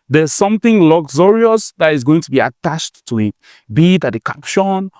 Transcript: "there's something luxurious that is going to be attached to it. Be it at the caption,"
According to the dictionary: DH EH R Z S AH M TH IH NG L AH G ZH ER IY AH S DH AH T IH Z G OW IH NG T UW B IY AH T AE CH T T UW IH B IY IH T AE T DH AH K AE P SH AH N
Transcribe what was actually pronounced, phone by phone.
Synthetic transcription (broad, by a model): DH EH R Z S AH M TH IH NG L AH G Z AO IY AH S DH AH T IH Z G OW IH NG T UW B IY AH T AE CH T T UW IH B IY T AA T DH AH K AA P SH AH N